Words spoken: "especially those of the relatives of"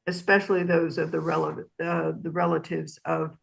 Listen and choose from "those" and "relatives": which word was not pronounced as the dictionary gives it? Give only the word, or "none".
none